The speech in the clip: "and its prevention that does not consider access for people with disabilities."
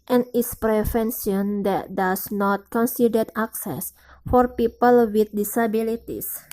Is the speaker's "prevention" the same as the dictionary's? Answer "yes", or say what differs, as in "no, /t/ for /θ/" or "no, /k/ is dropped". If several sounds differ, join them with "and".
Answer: no, /s/ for /ʃ/